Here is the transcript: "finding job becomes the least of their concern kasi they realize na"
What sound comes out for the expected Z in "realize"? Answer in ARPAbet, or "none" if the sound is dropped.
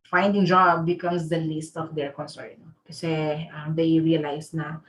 S